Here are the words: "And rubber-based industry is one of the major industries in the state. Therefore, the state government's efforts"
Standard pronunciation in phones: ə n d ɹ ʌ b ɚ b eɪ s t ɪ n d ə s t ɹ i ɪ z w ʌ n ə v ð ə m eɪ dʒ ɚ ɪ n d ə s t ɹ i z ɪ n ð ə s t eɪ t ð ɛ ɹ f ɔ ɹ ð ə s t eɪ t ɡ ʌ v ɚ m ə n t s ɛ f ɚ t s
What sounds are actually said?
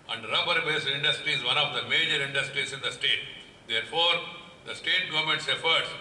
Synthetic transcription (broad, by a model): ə n d ɹ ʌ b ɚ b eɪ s ɪ n d ə s t ɹ i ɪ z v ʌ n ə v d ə m eɪ dʒ ɚ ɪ n d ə s t ɹ i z ɪ n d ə s t eɪ t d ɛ ɹ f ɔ ɹ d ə s t eɪ t ɡ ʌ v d m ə n t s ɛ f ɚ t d